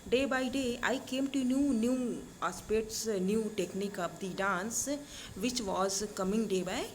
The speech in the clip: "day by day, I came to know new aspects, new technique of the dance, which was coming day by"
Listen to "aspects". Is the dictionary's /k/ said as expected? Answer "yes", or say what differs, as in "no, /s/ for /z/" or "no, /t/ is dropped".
no, /k/ is dropped